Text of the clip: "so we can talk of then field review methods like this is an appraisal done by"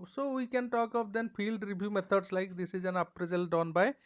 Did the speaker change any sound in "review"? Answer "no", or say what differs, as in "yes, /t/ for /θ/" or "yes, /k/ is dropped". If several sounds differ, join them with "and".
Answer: yes, /b/ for /v/